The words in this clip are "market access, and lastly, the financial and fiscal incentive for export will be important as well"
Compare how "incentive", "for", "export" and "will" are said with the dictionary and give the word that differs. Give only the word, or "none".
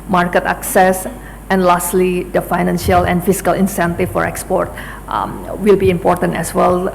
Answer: incentive